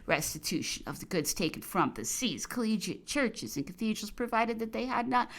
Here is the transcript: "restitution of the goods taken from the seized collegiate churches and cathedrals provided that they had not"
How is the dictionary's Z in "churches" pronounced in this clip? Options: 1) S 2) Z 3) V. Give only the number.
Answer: 2